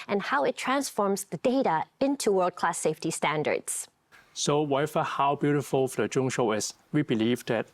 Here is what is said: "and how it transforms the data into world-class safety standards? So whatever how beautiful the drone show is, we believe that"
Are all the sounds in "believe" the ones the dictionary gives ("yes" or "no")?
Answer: yes